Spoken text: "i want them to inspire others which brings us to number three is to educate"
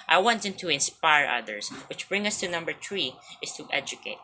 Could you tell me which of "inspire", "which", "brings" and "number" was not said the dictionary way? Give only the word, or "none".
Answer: brings